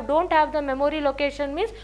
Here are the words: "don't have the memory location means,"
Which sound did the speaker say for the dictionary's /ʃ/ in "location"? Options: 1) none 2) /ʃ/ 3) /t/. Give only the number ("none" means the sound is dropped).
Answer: 2